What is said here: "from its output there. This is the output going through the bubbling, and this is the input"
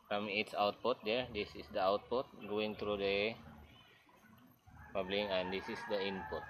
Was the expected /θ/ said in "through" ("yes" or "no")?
no